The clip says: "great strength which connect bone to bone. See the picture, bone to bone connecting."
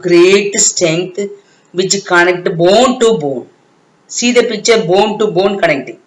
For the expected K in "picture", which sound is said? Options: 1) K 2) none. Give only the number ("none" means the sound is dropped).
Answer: 2